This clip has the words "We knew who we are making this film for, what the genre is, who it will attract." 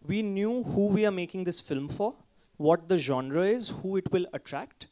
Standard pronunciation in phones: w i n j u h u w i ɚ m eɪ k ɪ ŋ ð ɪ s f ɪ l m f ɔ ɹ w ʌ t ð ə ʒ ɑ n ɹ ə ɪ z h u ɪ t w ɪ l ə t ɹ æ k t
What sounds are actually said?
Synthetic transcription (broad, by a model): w i n j u h u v i ɚ m eɪ k ɪ ŋ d ɪ s f ɪ l m f ɔ ɹ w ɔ t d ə ʒ ɑ n ɹ ə ɪ z h u ɪ t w ɪ l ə t ɹ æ k t